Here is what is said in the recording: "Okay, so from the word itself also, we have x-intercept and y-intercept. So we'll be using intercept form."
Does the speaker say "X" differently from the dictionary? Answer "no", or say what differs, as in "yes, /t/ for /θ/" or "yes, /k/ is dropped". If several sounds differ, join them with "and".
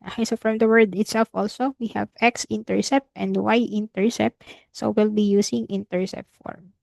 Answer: no